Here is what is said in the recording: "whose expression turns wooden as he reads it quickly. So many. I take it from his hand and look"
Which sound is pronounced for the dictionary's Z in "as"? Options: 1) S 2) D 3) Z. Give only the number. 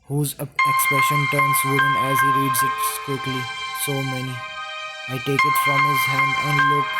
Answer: 3